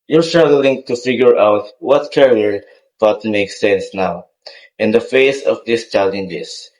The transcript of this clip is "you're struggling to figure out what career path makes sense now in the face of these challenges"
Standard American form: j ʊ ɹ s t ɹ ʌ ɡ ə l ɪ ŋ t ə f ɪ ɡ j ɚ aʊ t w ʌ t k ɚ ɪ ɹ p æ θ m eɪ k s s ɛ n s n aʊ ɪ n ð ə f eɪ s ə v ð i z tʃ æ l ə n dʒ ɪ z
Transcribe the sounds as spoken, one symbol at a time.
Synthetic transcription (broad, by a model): j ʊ ɹ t ɹ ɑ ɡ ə l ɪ ŋ t ə f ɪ ɡ j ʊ aʊ t w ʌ t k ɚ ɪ ɹ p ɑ t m eɪ k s s ɛ n s n aʊ ɪ n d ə f eɪ s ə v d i s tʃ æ l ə n dʒ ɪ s